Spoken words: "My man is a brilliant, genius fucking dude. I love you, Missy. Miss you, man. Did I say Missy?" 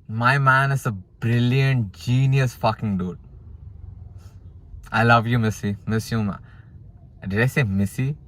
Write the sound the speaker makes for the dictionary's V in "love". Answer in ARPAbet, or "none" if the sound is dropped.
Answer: V